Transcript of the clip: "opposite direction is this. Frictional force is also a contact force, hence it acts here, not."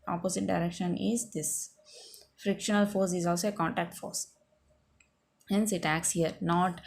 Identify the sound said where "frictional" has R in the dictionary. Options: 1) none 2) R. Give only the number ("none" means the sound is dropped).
2